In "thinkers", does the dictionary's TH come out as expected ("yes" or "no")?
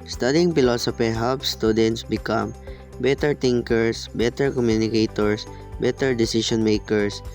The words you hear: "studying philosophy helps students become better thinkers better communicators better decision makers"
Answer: no